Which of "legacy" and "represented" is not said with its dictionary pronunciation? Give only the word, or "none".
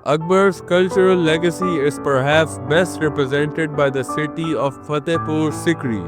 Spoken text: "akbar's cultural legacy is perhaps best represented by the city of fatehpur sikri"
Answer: none